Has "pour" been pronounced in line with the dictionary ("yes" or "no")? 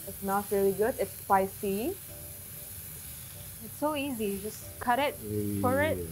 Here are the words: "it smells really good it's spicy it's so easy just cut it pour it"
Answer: no